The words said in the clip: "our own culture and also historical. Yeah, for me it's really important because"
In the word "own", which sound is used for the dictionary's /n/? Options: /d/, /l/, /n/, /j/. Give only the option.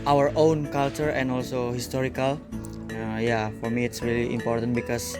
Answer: /n/